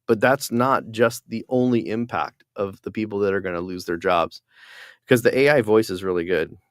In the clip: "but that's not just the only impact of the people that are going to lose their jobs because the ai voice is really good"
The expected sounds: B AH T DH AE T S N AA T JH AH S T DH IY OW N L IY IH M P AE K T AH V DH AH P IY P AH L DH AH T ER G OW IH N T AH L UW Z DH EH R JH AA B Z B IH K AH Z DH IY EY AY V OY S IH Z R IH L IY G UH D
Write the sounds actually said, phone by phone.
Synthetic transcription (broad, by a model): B AH T DH AE T S N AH T JH AH S T DH IY OW N L IY IH M P AE K T AH V DH AH P IY P L DH AH T ER G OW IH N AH L UW Z DH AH R JH AA B Z K AH Z DH IY EY AY V OY S IH Z R IH L IY G UH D